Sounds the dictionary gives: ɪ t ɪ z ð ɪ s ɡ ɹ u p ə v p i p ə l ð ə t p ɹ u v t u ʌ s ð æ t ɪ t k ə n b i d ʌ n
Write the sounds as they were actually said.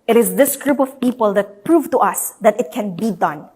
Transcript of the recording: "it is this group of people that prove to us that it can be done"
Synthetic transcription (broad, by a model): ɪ t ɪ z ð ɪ s ɡ ɹ u p ə v p i p ə l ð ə t p ɹ u v t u ʌ s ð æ t ɪ t k ə n b i d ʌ n